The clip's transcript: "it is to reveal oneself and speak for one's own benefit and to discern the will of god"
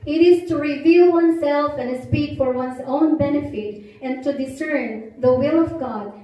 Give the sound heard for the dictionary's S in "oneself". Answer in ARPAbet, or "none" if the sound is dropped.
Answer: S